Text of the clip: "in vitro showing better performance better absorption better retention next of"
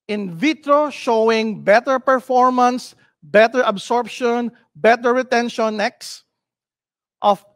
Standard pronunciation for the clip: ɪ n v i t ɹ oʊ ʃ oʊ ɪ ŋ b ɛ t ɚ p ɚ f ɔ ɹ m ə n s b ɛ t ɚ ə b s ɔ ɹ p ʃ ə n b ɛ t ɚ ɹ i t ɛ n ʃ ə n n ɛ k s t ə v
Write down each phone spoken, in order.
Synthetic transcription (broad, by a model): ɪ n v i t ɹ oʊ ʃ oʊ ɪ ŋ b ɛ t ɚ p ɚ f ɔ ɹ m ə n s b ɛ t ɚ ə b s ɔ ɹ p ʃ ə n b ɛ t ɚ ɹ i t ɛ n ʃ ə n n ɛ k s t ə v